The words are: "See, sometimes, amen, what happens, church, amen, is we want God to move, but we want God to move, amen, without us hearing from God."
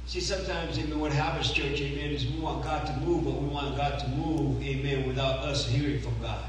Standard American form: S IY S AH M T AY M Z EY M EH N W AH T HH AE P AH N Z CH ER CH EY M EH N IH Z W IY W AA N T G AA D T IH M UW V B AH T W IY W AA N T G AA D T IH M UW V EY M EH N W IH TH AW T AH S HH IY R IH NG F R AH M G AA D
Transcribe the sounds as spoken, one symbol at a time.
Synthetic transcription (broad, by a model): S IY S AH M T AY M Z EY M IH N W AH T HH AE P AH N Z CH ER CH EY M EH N IH Z W IY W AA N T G AA T IH M UW V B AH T W IY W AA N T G AA T IH M UW V EY M EH N W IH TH AW T AH S HH IY R IH NG F R AH M G AA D